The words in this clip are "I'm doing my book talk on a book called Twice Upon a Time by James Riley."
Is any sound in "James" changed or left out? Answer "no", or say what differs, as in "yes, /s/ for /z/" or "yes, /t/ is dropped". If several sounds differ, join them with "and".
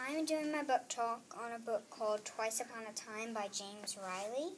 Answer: no